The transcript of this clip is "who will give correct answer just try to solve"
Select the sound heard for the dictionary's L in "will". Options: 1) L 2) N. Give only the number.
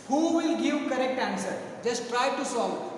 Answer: 1